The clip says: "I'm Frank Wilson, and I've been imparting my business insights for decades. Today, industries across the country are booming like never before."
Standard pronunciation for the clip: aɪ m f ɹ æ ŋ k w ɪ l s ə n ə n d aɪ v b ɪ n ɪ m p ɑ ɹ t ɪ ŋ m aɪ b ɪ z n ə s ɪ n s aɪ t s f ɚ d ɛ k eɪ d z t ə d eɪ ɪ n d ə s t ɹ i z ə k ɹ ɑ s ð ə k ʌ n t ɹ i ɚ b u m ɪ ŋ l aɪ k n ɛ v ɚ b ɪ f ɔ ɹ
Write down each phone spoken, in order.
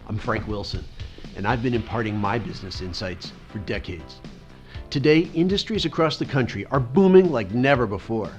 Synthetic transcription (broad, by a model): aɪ m f ɹ æ ŋ k w ɪ l s ə n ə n aɪ v b ɪ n ɪ m p ɑ ɹ t ɪ ŋ m aɪ b ɪ z n ə s ɪ n s aɪ t s f ɚ d ɛ k eɪ d z t ə d eɪ ɪ n d ə s t ɹ i z ə k ɹ ɑ s ð ə k ʌ n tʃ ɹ i ɚ b u m ɪ ŋ l aɪ k n ɛ v ɚ b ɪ f ɔ ɹ